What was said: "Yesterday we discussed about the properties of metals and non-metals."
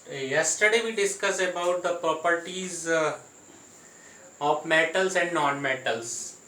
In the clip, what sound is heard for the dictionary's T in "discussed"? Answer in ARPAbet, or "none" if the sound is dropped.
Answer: none